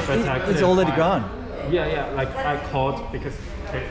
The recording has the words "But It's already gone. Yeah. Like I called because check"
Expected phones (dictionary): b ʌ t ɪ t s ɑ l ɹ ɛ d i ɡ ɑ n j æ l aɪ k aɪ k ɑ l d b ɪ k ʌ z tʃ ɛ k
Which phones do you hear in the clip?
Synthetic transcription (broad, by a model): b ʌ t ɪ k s ɑ l ɹ ɛ d i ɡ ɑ n j æ l aɪ k aɪ k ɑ d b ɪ k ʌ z